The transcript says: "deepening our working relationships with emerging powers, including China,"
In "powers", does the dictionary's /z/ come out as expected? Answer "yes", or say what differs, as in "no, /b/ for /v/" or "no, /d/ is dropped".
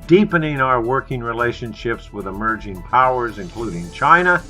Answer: yes